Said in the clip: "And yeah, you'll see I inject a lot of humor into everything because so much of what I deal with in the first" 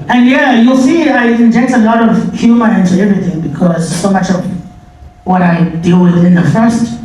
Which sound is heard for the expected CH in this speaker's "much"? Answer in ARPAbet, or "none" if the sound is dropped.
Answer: CH